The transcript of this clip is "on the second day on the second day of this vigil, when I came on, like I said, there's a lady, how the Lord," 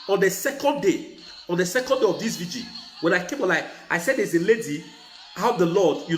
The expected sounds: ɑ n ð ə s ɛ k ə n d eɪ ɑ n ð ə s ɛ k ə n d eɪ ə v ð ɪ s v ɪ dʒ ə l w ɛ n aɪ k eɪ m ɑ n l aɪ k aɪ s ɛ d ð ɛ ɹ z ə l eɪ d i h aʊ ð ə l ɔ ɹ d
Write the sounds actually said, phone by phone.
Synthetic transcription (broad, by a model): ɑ n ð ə s ɛ k ə n d eɪ ɑ n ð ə s ɛ k ə n d eɪ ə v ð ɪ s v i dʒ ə n w ɛ n aɪ k eɪ m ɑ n l aɪ k aɪ s ɛ d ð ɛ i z ə l eɪ d i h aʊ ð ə l ɔ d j